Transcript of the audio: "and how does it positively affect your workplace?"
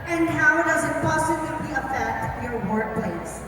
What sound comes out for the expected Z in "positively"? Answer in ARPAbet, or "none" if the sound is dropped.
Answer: S